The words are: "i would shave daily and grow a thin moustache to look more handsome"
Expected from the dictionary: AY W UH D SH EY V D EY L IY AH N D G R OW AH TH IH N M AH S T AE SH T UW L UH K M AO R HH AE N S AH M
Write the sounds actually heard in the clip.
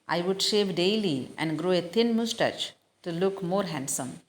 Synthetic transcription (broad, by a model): AY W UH D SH EY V D EY L IY AH N D G R OW AH T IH N M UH S T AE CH T UW L UH K M AO R HH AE N S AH M